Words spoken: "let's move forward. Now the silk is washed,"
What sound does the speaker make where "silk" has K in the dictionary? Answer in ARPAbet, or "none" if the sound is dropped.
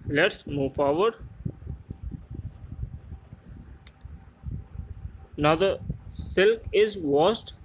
K